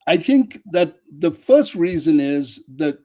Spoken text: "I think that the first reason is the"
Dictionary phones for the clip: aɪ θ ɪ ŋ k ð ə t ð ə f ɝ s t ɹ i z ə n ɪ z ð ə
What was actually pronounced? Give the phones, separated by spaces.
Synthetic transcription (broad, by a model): aɪ θ ɪ ŋ k ð ə t ð ə f ɝ s t ɹ i z ə n ɪ z ð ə